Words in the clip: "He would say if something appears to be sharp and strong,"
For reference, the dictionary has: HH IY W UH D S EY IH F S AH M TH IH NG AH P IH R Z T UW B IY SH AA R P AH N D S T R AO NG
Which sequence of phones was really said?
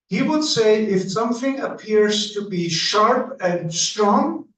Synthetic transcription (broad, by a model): HH IY W UH D S EY IH F S AH M TH IH NG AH P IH R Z T UW B IY SH AA R P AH N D S T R AO NG